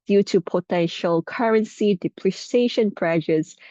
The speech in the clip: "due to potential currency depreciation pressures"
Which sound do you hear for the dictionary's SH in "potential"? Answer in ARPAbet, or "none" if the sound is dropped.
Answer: SH